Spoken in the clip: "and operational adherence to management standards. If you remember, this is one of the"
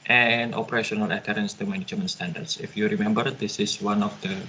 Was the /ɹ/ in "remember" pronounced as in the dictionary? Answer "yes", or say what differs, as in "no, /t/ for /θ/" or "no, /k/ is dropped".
yes